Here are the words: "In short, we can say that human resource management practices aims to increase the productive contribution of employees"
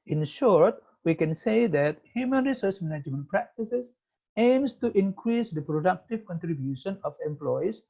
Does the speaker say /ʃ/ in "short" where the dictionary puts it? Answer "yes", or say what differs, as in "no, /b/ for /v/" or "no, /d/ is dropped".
yes